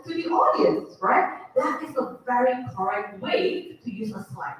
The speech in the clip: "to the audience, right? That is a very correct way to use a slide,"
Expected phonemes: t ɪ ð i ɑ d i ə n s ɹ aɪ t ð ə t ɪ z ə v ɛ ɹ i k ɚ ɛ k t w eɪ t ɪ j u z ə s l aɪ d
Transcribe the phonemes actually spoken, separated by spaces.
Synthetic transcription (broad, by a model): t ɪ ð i ɑ d i ə n s ɹ aɪ t ð ə t ɪ z ə v ɛ ɹ i k ɚ ɛ k t w eɪ t ɪ j u z ə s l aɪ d